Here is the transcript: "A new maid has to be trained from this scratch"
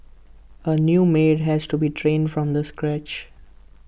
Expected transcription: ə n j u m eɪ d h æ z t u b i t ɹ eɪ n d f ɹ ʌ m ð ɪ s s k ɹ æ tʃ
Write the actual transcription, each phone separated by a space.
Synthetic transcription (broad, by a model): ə n j u m eɪ d h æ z t u b i t ɹ eɪ n d f ɹ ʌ m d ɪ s s k ɹ æ tʃ